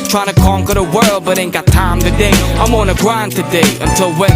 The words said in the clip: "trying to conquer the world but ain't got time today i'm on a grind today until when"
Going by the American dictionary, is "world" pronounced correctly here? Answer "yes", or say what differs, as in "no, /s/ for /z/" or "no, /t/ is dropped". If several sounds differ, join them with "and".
yes